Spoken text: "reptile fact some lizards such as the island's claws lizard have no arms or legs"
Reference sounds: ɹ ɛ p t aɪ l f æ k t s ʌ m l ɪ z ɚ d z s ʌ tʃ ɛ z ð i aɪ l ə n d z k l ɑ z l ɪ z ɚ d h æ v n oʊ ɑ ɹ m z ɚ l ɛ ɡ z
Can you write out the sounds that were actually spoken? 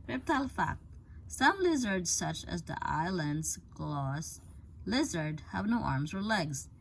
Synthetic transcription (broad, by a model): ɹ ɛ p t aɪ l f æ k t s ʌ m l ɪ z ɚ d z s ʌ tʃ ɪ z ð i aɪ l ə n d z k l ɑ s l ɪ z ɚ d h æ v n oʊ ɑ ɹ m z ɚ l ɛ ɡ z